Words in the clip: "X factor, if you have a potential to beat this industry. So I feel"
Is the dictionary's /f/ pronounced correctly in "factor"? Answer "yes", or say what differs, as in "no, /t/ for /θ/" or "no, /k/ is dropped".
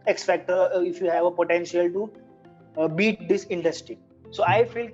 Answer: no, /p/ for /f/